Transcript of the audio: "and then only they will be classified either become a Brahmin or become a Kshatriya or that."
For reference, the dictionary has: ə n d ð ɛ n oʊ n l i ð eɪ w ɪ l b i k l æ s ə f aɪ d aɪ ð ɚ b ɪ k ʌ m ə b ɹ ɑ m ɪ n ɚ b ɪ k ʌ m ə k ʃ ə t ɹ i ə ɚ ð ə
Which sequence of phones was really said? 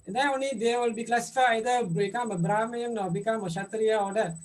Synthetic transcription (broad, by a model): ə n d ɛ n oʊ n l i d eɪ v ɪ l b i k l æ s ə f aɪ aɪ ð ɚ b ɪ k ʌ m ə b ɹ ɑ m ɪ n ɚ b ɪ k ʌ m ə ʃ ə t ɹ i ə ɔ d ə